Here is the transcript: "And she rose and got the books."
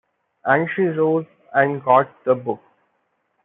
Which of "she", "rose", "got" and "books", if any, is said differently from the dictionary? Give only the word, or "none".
books